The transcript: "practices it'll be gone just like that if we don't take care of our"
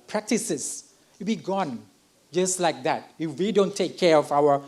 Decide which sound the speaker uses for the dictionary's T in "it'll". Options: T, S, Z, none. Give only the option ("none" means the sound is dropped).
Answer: S